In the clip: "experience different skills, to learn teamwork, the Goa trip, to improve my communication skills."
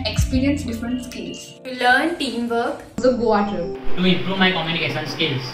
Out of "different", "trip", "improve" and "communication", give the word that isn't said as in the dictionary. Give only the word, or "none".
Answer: trip